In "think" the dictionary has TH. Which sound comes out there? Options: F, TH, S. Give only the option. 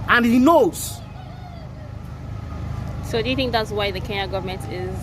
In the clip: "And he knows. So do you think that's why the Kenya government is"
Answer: TH